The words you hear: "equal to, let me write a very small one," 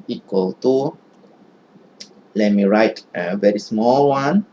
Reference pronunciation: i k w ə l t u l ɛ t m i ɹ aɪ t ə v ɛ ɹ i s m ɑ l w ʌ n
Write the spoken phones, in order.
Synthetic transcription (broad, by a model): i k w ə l t u l ɛ t m i ɹ aɪ t ə v ɛ ɹ i s m ɑ l w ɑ n